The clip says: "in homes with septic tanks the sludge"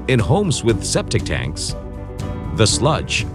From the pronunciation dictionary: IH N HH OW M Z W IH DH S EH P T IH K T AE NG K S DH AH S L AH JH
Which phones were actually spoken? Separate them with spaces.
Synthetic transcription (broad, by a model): IH N HH OW M Z W IH DH S EH P T IH K T AE NG K S DH AH S L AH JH